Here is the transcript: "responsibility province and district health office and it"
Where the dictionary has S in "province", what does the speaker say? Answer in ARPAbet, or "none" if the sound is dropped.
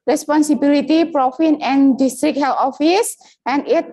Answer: none